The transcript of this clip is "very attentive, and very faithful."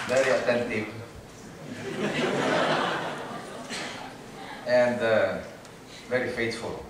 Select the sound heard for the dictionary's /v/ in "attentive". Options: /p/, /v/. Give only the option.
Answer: /p/